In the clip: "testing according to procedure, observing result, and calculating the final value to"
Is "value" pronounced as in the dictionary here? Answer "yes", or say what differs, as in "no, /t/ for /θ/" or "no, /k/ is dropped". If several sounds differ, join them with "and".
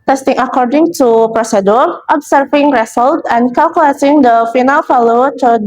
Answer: no, /f/ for /v/